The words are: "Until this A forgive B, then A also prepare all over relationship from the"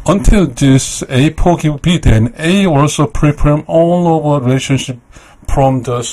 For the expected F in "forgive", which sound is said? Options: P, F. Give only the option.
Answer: P